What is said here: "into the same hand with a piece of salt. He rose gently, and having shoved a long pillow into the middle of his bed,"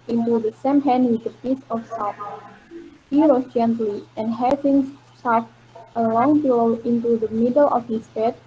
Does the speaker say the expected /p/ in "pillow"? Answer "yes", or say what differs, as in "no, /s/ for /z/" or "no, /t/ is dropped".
no, /b/ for /p/